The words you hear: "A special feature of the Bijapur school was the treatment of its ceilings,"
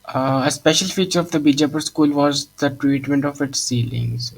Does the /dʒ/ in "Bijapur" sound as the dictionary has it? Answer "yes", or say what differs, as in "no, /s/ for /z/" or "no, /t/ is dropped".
yes